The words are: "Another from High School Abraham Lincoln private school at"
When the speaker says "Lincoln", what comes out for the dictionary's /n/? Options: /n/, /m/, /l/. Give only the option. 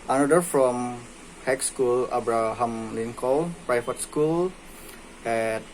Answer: /l/